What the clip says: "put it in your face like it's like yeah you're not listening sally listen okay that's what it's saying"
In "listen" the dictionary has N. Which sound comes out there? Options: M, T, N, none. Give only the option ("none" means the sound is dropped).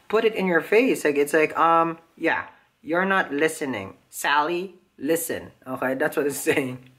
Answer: N